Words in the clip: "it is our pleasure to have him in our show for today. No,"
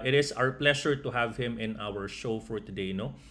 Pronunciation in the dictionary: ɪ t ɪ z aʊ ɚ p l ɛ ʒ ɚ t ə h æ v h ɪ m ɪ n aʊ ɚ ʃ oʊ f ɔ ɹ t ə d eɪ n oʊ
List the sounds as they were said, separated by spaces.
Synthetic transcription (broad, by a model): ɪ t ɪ s aʊ ɚ p l ɛ ʃ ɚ t ə h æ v h ɪ m ɪ n aʊ ɚ ʃ oʊ f ɔ ɹ t ə d eɪ n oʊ